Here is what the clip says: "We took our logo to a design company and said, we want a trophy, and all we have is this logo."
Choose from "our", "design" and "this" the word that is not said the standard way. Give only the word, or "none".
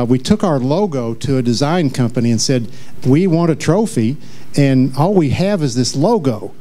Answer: none